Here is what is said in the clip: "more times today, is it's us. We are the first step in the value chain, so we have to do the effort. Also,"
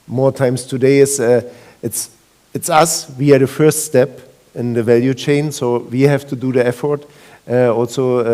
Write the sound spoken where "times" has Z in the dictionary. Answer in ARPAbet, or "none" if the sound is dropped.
S